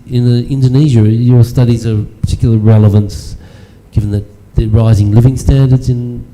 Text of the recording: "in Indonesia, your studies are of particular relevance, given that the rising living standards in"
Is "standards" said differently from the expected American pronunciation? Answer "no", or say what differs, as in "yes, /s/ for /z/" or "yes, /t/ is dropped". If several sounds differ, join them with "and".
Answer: no